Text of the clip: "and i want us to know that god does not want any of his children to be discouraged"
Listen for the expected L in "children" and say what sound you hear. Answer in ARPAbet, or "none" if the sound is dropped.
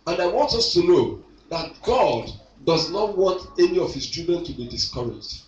none